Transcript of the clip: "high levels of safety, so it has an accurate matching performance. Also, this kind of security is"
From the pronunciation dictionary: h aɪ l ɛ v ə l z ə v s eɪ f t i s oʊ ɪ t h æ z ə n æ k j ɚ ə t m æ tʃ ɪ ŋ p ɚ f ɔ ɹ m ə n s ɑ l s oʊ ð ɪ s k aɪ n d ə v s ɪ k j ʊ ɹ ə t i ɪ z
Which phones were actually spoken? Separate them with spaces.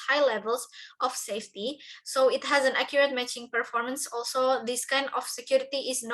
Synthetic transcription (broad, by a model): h aɪ l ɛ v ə l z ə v s eɪ f t i s oʊ ɪ t h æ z ə n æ k j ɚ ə t m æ tʃ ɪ ŋ p ɚ f ɔ ɹ m ə n s ɑ l s oʊ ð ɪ s k aɪ n d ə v s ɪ k j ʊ ɹ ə t i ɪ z